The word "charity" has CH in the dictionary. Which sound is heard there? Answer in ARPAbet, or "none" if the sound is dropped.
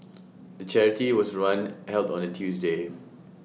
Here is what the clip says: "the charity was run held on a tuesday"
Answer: CH